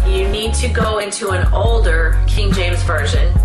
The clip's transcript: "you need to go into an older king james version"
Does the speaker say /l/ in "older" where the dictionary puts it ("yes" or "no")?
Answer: yes